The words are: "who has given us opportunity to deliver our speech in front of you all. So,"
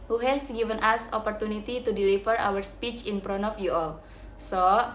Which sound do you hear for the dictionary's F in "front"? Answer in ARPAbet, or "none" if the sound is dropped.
P